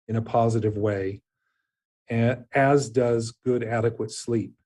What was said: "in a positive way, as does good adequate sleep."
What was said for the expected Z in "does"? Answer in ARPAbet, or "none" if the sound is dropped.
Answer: Z